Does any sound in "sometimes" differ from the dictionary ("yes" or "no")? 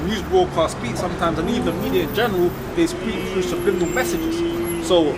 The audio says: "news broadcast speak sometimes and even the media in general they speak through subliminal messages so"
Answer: no